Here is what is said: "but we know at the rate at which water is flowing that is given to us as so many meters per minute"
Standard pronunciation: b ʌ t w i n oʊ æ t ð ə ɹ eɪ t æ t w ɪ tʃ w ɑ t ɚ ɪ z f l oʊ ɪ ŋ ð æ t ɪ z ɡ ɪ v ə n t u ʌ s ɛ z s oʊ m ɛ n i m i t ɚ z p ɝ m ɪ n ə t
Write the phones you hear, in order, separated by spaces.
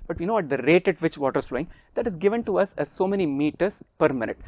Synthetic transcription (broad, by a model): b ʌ t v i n oʊ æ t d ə ɹ eɪ t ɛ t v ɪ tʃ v ɑ t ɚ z f l oʊ ɪ ŋ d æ t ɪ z ɡ ɪ v ə n t u ʌ s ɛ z s oʊ m ɛ n i m i t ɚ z p ɝ m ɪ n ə t